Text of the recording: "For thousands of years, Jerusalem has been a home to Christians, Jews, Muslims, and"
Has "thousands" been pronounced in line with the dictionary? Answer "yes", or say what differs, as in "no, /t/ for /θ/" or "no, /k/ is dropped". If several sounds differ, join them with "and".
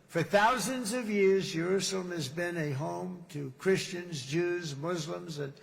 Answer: yes